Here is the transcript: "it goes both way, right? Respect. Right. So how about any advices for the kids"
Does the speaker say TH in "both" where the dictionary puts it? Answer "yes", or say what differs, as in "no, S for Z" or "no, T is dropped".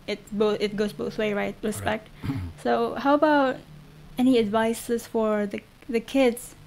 yes